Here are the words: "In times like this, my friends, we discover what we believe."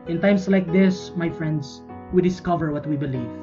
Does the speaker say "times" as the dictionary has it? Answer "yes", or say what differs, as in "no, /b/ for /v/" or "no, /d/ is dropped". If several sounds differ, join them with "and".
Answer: no, /s/ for /z/